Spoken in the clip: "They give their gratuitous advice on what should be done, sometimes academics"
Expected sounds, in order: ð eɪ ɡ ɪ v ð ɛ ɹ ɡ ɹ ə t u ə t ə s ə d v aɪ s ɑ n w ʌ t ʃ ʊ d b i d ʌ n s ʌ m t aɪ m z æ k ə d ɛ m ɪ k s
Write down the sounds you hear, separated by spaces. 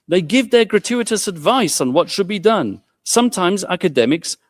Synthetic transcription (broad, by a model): ð eɪ ɡ ɪ v ð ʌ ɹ ɡ ɹ ə t u ə t ə s ə d v aɪ s n w ʌ t ʃ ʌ d b i d ʌ n s ʌ m t aɪ m z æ k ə d ɛ m ɪ k s